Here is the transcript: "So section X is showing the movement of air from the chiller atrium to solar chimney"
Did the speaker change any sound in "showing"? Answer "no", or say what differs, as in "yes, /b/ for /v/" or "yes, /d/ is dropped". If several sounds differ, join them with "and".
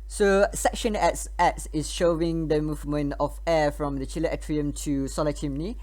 no